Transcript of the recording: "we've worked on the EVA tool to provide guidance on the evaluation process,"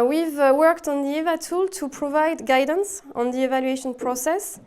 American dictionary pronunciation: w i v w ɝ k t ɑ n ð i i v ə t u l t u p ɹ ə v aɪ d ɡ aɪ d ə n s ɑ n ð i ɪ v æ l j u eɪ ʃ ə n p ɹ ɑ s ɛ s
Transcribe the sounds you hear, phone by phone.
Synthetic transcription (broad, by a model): w i v w ɝ k t ɑ n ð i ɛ v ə t u l t u p ɹ ə v aɪ d ɡ aɪ d ə n s ɑ n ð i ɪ v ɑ l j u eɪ ʃ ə n p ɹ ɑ s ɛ s